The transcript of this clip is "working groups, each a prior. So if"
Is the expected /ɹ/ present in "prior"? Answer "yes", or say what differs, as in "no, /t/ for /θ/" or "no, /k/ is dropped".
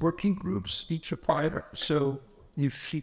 no, /ɹ/ is dropped